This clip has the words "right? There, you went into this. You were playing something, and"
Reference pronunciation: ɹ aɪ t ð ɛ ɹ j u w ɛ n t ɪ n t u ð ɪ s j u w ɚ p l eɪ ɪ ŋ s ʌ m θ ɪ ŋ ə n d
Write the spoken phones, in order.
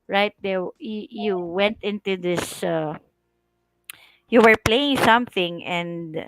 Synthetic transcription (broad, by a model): ɹ aɪ t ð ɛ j j u w ɛ n t ɪ n t u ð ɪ s j u w ɚ p l eɪ ɪ ŋ s ʌ m θ ɪ ŋ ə n d